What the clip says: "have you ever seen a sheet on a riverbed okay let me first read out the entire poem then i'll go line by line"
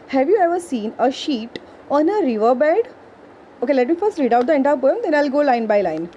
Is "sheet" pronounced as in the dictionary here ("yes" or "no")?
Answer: yes